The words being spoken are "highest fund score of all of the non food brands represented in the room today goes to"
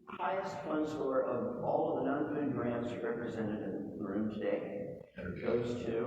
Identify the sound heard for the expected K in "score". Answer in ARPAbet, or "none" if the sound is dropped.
none